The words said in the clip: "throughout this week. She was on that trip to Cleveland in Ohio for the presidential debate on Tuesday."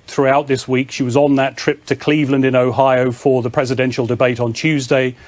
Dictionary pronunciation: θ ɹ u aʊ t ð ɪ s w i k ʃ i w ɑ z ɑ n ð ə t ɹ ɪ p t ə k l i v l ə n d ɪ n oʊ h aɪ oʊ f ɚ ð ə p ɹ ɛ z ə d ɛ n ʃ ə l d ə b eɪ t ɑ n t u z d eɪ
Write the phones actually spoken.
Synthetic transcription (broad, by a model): θ ɹ u aʊ t ð ɪ s w i k ʃ i w ɑ z n ð ə t ɹ ɪ p t ə k l i v l ə n d ɪ n oʊ h aɪ oʊ f ɚ ð ə p ɹ ɛ z ə d ɛ n ʃ ə l d ə b eɪ t n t u z d eɪ